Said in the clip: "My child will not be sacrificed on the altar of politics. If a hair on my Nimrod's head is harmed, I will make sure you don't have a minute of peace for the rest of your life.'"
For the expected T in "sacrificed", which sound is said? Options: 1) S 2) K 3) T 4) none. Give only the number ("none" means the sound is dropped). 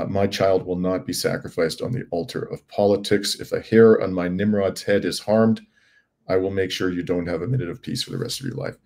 3